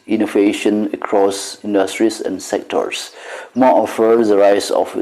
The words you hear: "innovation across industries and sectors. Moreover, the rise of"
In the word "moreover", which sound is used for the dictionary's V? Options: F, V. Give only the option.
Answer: F